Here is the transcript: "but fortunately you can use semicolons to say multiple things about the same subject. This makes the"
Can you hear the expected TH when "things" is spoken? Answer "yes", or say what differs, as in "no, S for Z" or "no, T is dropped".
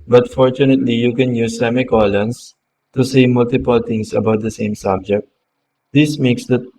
no, T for TH